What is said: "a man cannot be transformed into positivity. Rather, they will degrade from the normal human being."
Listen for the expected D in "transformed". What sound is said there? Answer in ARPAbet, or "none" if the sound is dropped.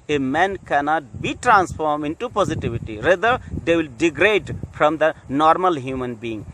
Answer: none